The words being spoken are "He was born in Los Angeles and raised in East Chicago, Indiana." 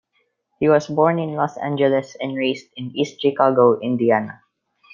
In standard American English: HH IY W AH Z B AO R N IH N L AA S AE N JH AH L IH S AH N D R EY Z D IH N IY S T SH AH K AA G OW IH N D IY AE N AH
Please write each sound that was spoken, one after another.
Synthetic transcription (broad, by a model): HH IY W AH S B AO R N IH N L AA S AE N JH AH L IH S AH N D R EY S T IH N IY S T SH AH K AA G OW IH N D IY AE N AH